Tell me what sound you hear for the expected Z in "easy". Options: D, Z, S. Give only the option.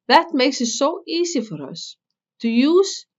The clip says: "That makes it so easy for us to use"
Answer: S